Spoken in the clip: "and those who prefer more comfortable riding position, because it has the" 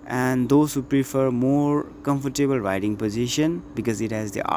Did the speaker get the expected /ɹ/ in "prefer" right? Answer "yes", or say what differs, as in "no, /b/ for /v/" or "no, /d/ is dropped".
yes